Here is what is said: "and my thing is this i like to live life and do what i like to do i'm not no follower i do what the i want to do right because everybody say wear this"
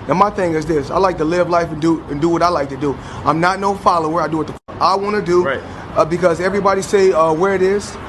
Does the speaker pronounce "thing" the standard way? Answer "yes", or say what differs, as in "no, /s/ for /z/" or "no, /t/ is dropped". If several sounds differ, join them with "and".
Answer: yes